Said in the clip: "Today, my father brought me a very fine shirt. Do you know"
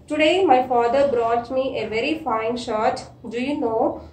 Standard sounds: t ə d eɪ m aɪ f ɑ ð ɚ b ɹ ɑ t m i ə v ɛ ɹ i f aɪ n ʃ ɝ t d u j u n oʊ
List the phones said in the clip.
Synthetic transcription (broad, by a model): t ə d eɪ m aɪ f ɑ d ɚ b ɹ ɑ t m i ə v ɛ ɹ i f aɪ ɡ ʃ ɝ t d u j u n oʊ